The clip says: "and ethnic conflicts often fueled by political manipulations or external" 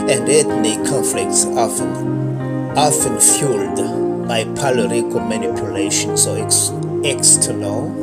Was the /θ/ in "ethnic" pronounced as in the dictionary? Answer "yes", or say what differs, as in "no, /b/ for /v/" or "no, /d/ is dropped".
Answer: no, /t/ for /θ/